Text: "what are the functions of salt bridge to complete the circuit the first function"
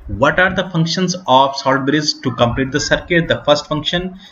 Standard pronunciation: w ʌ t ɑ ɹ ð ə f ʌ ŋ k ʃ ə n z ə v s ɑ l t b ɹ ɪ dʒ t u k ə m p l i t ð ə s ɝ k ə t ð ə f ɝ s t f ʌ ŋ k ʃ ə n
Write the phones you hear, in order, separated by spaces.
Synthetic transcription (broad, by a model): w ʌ t ɑ ɹ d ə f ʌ ŋ k ʃ ə n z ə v s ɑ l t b ɹ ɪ z t u k ə m p l i t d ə s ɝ k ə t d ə f ɝ s t f ʌ ŋ k ʃ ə n